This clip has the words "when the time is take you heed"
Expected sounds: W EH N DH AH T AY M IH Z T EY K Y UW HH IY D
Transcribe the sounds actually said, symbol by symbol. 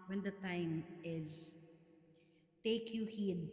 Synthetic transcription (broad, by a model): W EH N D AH T AY M IH Z T EY K Y UW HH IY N